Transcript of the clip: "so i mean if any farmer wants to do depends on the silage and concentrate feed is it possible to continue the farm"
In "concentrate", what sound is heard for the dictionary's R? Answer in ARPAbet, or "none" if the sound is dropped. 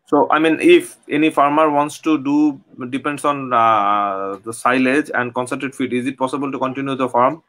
none